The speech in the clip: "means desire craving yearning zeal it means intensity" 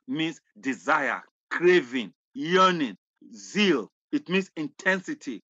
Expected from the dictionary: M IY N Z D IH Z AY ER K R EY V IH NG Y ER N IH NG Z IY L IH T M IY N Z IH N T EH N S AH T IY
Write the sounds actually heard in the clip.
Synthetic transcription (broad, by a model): M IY N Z D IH Z AY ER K R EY V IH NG Y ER N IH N Z IY L IH T M IY N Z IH N T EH N S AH T IY